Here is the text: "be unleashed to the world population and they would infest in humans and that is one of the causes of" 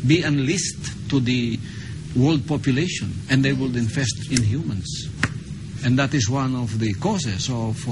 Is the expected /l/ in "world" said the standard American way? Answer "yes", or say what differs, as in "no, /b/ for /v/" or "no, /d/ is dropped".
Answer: yes